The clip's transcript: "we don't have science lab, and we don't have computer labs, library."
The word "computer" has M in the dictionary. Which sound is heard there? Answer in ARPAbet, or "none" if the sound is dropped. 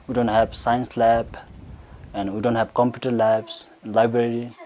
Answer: M